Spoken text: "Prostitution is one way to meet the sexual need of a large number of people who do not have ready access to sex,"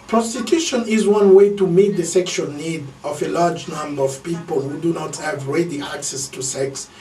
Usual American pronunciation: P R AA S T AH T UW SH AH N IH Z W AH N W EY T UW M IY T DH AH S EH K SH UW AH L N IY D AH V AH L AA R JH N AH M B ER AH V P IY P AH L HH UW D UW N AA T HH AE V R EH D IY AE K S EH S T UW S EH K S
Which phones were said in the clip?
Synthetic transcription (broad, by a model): P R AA S T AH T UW SH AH N IH Z W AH N W EY T UW M IY T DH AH S EH K SH UW AH L N IY D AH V AH L AA R JH N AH M B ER AH V P IY P AH L HH UW D UW N AA T HH AE V R EH D IY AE K S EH S T UW S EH K S